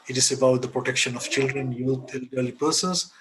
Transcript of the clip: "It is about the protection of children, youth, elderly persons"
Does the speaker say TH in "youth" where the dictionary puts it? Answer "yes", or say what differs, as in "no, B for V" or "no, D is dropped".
no, T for TH